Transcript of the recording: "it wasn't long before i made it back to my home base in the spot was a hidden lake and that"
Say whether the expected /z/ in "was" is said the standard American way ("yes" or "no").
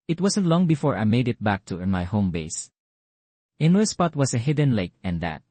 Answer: no